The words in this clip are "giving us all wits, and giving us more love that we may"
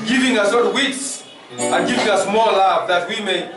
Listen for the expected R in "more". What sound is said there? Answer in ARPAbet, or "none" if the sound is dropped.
L